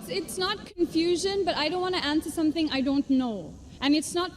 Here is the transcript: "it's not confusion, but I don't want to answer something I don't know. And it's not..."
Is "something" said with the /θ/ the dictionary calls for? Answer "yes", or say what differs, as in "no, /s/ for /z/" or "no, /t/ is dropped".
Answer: yes